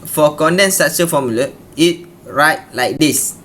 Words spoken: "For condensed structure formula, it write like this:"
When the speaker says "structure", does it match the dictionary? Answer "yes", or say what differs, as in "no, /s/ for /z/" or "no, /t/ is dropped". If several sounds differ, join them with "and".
no, /k/ is dropped